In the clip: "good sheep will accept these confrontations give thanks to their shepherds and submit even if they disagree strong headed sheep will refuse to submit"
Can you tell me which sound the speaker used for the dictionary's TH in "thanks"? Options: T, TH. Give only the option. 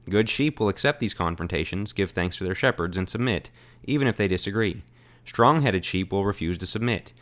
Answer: TH